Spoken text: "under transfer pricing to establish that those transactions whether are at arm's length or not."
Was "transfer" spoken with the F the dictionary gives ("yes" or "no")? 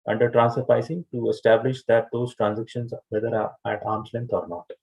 no